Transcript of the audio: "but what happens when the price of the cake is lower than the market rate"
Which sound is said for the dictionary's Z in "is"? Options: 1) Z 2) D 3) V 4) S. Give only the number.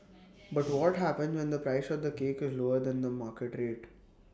1